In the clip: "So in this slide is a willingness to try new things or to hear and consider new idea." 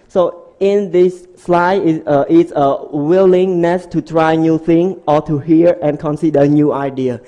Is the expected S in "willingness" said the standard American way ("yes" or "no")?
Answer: yes